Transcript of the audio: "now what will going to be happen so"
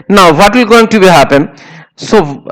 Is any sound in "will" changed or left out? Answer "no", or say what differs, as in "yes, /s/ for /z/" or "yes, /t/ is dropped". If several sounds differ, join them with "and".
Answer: no